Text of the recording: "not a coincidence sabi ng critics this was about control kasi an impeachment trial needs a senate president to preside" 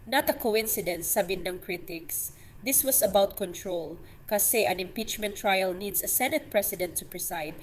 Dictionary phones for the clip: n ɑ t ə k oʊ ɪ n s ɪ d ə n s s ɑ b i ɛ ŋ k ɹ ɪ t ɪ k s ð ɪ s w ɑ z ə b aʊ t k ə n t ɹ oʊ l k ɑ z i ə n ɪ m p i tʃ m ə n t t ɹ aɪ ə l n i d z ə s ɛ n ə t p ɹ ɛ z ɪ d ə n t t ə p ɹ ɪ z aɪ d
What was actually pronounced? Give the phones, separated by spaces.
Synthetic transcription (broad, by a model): n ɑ t ə k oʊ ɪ n s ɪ d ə n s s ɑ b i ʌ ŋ k ɹ ɪ t ɪ k s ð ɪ s w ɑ s ə b aʊ t k ə n t ɹ oʊ l k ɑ s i ə n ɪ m p i tʃ m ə n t t ɹ aɪ ə l n i d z ə s ɛ n ə t p ɹ ɛ s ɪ d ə n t t ə p ɹ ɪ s aɪ d